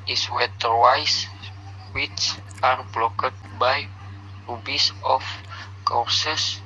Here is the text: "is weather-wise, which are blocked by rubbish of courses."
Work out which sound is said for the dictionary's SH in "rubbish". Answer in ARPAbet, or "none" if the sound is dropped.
S